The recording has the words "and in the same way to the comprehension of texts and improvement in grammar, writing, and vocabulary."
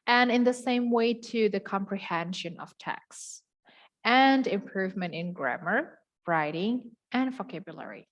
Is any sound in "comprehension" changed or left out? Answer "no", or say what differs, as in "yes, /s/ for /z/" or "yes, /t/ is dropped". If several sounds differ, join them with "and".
no